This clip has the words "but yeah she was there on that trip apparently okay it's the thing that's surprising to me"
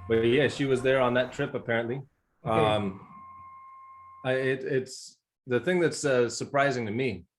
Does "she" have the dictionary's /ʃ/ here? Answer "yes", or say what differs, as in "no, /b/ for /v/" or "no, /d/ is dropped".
yes